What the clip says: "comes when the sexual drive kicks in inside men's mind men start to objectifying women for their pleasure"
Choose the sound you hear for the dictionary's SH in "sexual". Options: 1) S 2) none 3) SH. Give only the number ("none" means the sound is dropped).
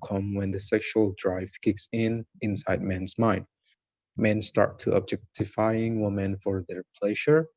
3